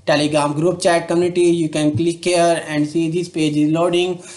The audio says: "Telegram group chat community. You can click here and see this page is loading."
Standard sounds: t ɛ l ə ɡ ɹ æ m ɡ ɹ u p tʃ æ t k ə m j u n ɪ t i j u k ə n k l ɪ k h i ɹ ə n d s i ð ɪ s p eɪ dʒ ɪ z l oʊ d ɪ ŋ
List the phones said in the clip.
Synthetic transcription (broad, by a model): t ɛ l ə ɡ ɹ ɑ m ɡ ɹ u p tʃ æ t k ə m j u n ɪ t i j u k ə n k l ɪ k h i ɹ ə n d s i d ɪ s p eɪ dʒ ɪ z l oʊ d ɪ ŋ